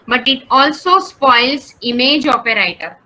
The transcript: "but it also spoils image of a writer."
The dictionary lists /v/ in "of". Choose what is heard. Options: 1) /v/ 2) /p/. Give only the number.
2